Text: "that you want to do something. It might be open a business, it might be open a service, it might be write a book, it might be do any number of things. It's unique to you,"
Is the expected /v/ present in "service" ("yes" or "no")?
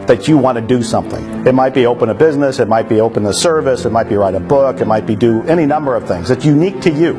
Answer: yes